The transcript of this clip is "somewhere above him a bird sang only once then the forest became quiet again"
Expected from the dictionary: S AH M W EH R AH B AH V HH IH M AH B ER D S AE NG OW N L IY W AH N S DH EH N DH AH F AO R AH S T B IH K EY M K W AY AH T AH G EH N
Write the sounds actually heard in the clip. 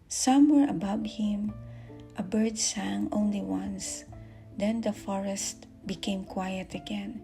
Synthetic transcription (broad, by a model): S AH M W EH R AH B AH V HH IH M AH B ER D S AE NG OW N L IY W AH N S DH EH N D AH F AO R AH S T B IH K EY M K W AY AH T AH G EH N